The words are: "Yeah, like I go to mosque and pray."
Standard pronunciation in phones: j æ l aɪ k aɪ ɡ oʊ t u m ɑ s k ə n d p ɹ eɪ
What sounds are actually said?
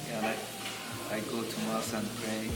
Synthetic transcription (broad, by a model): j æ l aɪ aɪ ɡ oʊ t u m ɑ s ə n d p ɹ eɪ